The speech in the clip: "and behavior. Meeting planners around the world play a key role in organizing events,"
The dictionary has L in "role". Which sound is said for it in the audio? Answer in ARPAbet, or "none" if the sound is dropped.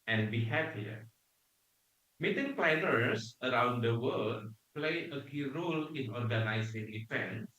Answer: L